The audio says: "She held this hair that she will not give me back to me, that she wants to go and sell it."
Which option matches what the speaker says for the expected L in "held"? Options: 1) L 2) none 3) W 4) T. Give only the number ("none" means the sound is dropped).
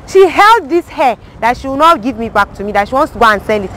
1